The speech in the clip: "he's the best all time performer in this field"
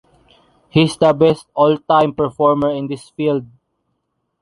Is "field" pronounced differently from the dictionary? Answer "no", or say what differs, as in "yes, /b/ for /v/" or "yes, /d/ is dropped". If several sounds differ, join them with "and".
no